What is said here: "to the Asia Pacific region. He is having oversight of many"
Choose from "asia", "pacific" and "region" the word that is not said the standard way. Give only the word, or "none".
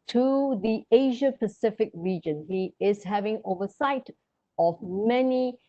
none